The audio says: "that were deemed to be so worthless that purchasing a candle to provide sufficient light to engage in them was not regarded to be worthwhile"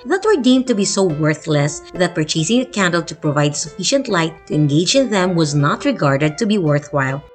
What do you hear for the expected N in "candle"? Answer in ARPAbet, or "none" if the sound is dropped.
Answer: N